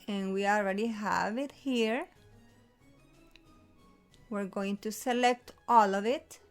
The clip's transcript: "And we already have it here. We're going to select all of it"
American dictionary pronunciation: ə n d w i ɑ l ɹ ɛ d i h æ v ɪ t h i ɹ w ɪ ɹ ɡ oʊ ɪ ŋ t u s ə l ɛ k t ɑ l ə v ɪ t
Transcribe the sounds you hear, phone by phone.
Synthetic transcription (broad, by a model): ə n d w i ɑ l ɹ ɛ d i h æ v ɪ t h i ɹ w ɪ ɹ ɡ oʊ ɪ ŋ t u s ə l ɛ k t ɑ l ə v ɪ t